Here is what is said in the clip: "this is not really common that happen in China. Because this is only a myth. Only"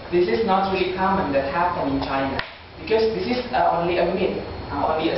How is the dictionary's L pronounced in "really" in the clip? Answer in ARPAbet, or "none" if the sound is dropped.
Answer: none